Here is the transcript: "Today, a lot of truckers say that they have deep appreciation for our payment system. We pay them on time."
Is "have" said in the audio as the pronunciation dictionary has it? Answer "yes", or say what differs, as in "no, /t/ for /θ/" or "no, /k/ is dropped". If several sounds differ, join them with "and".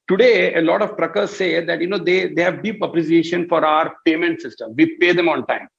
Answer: yes